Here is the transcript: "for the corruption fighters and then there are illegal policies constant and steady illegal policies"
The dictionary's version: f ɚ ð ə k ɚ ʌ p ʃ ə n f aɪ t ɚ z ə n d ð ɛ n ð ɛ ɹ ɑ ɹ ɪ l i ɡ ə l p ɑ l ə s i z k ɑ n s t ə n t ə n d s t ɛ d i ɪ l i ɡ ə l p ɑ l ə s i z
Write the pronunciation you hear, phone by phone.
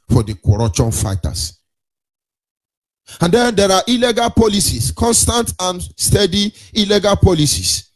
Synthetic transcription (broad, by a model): f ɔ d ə k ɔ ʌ p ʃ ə n f aɪ t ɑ s ə n d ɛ n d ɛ ɹ ɑ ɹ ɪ l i ɡ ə l p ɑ l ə s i s k ɑ n s t ə n t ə n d s t ɛ d i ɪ l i ɡ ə l p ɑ l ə s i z